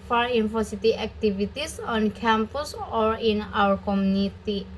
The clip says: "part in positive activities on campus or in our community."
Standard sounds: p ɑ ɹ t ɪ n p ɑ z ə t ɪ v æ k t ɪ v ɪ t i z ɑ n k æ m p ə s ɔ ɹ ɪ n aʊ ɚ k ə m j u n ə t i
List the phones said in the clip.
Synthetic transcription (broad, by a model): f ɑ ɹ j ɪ n f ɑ s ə t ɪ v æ k t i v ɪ t i s ɑ n k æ m p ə s ɔ ɹ ɪ n aʊ ɚ k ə m j u n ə t i